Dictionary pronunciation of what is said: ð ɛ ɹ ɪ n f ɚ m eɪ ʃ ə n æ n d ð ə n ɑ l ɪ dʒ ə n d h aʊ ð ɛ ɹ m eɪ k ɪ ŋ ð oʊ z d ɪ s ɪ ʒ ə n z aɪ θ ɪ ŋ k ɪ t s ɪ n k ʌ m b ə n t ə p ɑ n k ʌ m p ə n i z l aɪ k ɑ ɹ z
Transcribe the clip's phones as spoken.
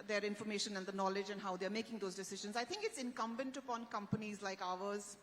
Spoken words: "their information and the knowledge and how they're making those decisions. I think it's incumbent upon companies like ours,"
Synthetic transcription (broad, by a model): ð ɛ ɹ ɪ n f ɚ m eɪ ʃ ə n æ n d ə n ɑ l ɪ dʒ ə n d h aʊ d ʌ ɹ m eɪ k ɪ ŋ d oʊ z d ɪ s ɪ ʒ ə n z aɪ t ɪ ŋ k ɪ t s ɪ n k ʌ m b ə n t ə p ɑ n k ʌ m p ə n i z l aɪ k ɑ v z